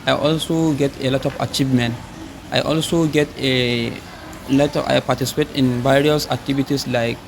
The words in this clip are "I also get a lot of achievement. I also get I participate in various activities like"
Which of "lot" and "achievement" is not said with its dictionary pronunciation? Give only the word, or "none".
none